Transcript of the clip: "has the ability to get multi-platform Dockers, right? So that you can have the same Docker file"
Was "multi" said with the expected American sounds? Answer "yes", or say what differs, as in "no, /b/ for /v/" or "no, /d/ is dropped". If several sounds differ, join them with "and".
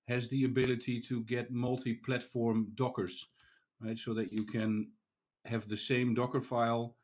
yes